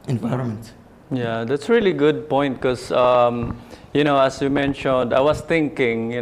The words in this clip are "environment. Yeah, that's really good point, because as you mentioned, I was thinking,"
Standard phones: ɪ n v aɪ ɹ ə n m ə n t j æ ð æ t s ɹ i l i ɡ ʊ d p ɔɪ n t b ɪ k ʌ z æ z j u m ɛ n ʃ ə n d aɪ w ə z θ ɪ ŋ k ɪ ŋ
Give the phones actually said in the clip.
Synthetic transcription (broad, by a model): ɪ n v aɪ ɹ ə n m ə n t j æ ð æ t s ɹ i l i ɡ ʊ d p ɔɪ n t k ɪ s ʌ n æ s j u m ɛ n ʃ ə n d aɪ w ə s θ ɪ ŋ k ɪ ŋ